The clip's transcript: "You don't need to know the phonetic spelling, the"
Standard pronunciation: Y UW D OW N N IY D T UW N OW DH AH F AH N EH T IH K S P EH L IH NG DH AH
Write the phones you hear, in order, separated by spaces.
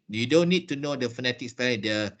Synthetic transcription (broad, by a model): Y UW D OW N N IY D T UW N OW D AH F AH N EH T IH K S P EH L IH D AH